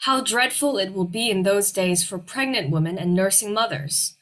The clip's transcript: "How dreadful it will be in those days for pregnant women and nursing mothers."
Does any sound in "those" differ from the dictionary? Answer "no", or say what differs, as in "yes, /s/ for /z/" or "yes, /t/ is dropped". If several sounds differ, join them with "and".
no